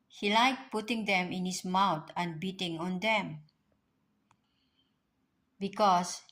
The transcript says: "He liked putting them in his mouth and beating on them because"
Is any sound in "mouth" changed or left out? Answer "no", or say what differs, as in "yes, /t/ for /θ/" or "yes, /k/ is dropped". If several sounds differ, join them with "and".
yes, /t/ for /θ/